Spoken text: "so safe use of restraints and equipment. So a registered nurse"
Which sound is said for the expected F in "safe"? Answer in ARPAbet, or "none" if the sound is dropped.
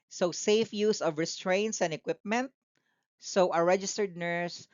F